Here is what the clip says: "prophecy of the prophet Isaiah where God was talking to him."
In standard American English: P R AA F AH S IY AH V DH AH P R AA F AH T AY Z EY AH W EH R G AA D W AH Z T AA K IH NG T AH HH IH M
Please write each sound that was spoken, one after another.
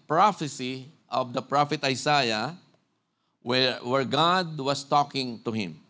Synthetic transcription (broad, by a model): P R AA F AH S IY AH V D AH P R AA F AH T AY S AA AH W EH R G AA D W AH S T AA K IH NG T AH HH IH M